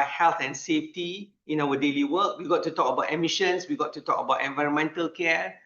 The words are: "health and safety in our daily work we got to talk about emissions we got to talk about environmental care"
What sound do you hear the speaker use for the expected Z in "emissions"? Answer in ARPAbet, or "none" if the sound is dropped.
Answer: S